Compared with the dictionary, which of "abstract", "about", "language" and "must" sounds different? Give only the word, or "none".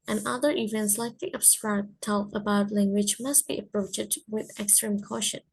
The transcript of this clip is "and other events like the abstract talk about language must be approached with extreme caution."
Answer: abstract